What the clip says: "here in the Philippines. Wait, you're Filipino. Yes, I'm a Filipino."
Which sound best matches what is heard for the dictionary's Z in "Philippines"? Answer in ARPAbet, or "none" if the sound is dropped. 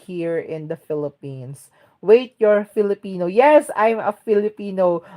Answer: S